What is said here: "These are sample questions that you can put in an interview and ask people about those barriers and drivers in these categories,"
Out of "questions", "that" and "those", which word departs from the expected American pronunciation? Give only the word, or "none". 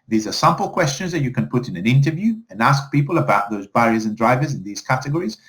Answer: none